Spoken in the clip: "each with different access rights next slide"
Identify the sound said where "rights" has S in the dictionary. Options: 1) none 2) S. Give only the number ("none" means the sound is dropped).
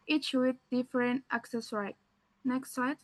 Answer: 1